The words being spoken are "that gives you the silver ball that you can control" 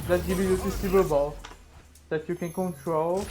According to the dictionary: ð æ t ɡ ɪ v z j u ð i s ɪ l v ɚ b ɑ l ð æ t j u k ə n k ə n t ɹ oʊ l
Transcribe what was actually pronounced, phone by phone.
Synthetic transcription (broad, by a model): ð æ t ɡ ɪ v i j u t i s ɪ v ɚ b ɑ l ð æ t j u k ə n k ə n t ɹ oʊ l